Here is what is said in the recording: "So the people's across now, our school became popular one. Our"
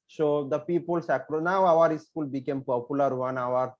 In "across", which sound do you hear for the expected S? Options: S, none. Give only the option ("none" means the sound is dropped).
none